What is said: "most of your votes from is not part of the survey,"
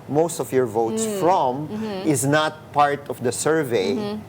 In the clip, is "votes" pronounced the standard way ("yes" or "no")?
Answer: yes